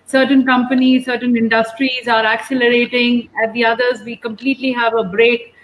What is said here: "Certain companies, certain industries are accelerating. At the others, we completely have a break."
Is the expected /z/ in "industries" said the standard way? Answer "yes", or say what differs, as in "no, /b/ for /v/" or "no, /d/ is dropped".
yes